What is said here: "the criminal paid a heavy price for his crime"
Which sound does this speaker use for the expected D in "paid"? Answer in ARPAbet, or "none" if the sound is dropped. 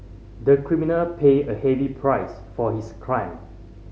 none